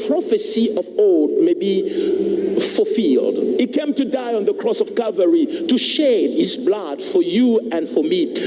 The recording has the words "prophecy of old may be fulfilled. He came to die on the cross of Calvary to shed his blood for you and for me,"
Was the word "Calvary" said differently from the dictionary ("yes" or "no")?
yes